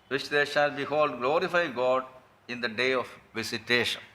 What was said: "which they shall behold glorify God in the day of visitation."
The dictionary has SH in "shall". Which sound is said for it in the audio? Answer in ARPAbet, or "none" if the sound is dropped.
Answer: SH